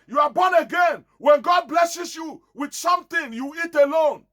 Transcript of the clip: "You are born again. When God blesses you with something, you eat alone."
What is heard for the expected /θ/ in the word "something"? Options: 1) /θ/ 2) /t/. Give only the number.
2